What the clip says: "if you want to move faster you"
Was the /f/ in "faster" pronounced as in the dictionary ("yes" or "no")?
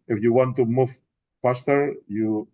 no